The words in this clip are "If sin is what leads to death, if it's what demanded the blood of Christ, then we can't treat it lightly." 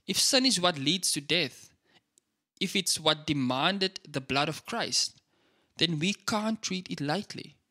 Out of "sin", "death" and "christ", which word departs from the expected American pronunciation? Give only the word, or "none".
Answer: none